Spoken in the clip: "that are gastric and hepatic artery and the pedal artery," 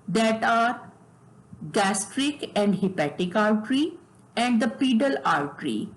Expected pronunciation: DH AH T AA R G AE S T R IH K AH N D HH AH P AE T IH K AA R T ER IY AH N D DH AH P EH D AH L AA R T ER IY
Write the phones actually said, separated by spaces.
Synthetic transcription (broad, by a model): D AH T AA R G AE S T R IH K AH N D HH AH P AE T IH K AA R T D IY AH N D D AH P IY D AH L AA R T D IY